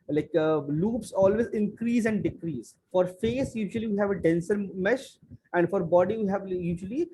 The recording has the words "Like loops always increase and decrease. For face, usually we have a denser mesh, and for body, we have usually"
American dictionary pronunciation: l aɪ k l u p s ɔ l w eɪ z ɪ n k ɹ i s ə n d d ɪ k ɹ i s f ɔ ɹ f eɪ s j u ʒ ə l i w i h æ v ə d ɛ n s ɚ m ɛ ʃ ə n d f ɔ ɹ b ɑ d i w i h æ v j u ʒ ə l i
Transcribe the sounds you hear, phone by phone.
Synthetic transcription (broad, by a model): l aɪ k l u p s ɔ l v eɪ z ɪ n k ɹ i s ə n d d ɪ k ɹ i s f ɔ ɹ f eɪ s j u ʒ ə l i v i h æ v ə d ɛ n s ɚ m ɛ ʃ ə n d f ɔ ɹ b ɑ d i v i h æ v j u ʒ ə l i